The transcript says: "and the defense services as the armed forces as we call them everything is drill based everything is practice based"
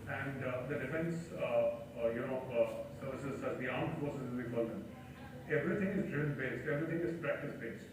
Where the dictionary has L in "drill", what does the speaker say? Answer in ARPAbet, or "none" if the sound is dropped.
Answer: N